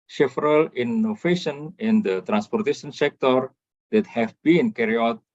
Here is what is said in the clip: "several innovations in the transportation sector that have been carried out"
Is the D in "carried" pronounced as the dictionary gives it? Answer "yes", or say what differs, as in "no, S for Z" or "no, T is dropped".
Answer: no, D is dropped